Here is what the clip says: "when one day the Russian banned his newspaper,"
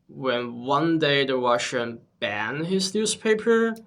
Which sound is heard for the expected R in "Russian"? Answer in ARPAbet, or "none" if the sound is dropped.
W